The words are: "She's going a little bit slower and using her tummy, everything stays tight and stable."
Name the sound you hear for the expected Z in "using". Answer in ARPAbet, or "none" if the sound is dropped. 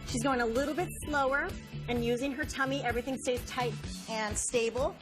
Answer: Z